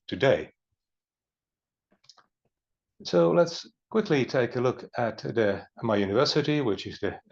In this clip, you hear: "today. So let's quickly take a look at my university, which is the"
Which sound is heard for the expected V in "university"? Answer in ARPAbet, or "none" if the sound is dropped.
V